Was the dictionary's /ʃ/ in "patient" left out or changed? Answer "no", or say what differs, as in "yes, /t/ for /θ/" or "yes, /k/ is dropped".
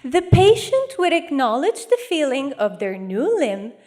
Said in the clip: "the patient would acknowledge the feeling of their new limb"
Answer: no